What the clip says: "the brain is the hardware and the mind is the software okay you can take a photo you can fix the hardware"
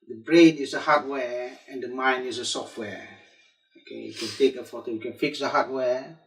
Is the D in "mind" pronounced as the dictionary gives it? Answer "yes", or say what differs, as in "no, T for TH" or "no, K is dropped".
no, D is dropped